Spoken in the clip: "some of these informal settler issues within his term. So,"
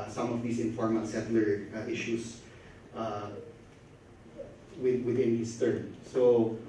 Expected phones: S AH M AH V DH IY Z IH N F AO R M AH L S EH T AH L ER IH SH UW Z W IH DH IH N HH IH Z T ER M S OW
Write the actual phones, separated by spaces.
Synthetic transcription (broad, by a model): S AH M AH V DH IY S IH N F AO R M AH L S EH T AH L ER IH SH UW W W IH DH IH N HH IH S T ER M S OW